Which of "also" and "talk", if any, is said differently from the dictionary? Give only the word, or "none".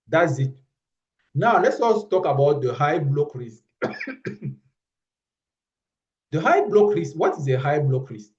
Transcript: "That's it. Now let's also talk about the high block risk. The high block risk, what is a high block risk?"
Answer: also